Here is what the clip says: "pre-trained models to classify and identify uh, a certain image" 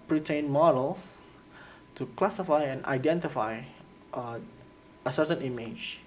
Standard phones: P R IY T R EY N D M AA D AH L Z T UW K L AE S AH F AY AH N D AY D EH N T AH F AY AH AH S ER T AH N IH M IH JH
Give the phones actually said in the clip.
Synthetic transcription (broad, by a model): P R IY T EY N M AA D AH L S T UW K L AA S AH F AY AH N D AY D EH N T AH F AY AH AH S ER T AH N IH M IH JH